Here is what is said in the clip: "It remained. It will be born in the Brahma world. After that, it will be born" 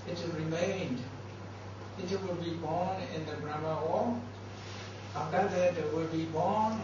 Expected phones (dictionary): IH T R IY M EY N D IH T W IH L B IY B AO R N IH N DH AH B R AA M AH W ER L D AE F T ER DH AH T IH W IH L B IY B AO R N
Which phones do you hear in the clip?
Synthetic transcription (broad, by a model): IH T R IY M EY N D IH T W IH L B IY B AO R N IH N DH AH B R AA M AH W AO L AA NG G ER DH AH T IH W IH L B IY B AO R N